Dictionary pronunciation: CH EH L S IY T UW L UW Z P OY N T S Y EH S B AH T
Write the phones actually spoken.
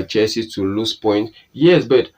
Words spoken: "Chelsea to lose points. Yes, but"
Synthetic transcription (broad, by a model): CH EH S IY T UW L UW S P OY N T Y EH S B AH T